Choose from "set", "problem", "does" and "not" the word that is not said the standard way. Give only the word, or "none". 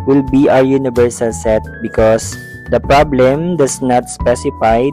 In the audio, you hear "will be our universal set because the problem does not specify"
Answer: does